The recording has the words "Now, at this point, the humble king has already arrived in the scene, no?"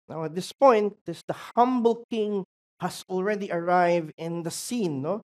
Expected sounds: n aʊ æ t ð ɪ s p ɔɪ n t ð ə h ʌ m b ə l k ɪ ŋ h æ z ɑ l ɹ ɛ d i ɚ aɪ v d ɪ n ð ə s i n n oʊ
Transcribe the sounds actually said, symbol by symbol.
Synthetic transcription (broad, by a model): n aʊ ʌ t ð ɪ s p ɔɪ n t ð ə h ʌ m b ə l k ɪ ŋ h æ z ɑ l ɹ ɛ d i ɚ aɪ v d ɪ n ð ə s i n n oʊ